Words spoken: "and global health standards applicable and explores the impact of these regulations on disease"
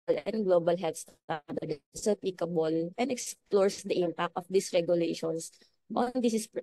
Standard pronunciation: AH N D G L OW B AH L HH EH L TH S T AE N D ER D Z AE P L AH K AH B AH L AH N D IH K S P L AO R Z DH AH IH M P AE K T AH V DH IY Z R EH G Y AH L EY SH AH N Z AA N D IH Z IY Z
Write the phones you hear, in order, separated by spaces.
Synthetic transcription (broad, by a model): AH N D G L OW B AH L HH EH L T S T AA D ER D S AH P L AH K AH B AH L AH N D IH K S P L AO R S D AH IH M P AE K T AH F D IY S R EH G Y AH L EY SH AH N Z AA N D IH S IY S